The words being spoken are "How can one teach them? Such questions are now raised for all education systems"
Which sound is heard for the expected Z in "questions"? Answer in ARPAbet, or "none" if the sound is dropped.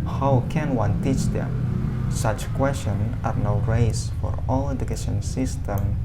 none